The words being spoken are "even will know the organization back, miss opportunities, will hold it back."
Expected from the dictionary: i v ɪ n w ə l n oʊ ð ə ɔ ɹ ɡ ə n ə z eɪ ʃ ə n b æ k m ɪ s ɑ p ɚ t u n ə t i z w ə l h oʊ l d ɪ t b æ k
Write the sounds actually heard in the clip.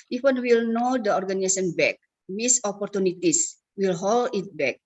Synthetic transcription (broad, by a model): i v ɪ n w ə l n oʊ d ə ɔ ɹ ɡ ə n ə s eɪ s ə n b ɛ k m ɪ s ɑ p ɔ t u n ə t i s w ə l h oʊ l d ɪ t b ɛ k